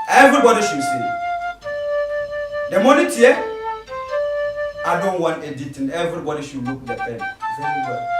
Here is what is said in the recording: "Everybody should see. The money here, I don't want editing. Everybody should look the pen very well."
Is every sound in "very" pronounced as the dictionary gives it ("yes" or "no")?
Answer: no